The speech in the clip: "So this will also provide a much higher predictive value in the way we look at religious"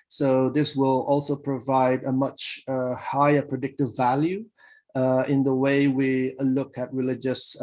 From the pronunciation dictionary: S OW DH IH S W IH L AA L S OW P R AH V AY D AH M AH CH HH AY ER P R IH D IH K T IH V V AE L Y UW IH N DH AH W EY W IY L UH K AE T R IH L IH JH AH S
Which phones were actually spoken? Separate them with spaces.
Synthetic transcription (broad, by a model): S OW DH IH S W IH L AA L S OW P R AH V AY D AH M AH CH HH AY ER P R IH D IH K T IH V V AE L Y UW IH N DH AH W EY W IY L UH K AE T R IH L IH JH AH S